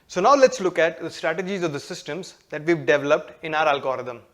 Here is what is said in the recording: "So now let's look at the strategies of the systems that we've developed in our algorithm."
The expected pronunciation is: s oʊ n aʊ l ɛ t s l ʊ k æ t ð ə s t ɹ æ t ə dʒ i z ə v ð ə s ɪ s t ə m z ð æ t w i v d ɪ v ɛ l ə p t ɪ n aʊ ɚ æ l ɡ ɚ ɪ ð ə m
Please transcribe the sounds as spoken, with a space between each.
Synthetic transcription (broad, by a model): s oʊ n aʊ l ɛ t s l ʊ k æ t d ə s t ɹ æ t ə dʒ i z ə v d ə s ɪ s t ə m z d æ t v i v d ɪ v ɛ l ə p t ɪ n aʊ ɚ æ l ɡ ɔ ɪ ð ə m